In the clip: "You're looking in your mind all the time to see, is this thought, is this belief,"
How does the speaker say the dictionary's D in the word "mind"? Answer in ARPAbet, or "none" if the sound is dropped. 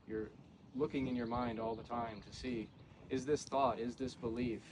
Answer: D